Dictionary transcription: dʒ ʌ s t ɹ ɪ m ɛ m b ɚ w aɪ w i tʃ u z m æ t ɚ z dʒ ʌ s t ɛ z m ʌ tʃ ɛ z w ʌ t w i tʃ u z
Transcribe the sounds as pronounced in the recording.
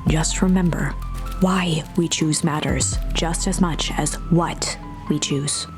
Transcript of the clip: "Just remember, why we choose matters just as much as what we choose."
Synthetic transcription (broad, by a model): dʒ ʌ s t ɹ ɪ m ɛ m b ɚ w aɪ w i tʃ u z m æ t ɚ z dʒ ʌ s t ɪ z m ʌ tʃ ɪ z w ʌ t w i tʃ u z